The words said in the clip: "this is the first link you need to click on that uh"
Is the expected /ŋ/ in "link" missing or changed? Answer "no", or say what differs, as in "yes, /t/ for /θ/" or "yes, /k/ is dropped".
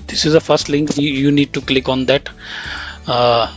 no